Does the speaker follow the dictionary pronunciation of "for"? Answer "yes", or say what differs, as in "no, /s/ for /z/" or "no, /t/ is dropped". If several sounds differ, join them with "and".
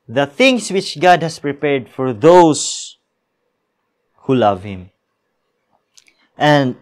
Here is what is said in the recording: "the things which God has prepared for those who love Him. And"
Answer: yes